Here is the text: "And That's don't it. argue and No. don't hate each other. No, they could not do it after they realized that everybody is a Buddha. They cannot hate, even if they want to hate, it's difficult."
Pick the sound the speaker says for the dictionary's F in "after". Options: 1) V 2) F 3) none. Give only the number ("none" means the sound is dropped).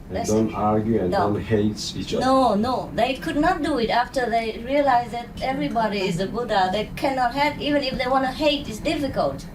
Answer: 2